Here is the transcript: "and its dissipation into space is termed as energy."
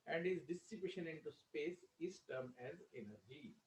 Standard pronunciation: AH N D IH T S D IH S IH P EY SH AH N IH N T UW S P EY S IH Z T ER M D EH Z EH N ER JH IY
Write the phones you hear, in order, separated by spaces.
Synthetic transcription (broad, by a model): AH N D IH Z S D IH S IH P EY SH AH N IH N T UW S P EY S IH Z T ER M EH Z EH N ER JH IY